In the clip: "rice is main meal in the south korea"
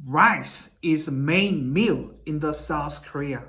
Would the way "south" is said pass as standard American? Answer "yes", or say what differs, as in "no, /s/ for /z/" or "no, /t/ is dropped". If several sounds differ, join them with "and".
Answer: yes